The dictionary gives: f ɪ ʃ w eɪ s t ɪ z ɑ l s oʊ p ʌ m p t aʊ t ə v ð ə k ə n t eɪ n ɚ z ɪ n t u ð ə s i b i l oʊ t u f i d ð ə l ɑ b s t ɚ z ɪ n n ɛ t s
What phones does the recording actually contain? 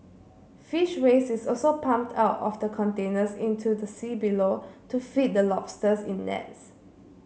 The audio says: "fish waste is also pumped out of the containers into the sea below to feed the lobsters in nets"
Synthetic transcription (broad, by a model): f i ʃ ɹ eɪ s ɪ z ɑ l s oʊ p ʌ m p t aʊ t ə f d ə k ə n t eɪ n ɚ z ɪ n t u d ə s i b i l oʊ t u f i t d ə l ɑ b s t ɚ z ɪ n n ɛ t s